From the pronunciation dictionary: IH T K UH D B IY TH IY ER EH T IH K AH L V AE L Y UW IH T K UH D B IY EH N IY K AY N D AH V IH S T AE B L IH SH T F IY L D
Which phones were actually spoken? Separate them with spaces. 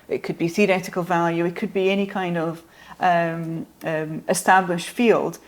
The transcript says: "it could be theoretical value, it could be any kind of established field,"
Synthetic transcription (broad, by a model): IH T K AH D B IY TH IY ER EH T IH K AH L V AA L Y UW IH T K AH D B IY EH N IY K AY N D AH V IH S T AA B L IH SH T F IY L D